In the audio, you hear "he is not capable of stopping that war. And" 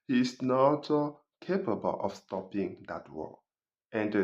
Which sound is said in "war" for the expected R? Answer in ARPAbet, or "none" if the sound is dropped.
L